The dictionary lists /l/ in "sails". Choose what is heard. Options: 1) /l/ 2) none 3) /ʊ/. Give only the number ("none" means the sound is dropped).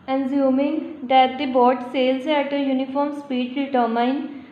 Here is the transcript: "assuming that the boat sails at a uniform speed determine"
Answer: 1